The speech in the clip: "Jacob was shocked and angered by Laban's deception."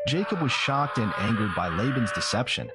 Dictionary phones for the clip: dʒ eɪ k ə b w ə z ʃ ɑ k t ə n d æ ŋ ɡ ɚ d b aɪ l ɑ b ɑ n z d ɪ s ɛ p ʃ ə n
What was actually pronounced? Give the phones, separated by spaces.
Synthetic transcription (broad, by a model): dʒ eɪ k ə b w ə z ʃ ɑ k t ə n æ ŋ ɡ ɚ d b aɪ l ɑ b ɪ n z d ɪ s ɛ p ʃ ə n